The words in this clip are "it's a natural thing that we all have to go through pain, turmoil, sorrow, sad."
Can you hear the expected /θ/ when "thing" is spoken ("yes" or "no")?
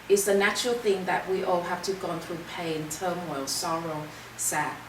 yes